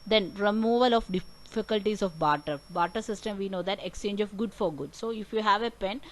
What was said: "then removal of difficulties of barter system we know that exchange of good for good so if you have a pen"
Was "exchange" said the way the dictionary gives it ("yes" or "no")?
yes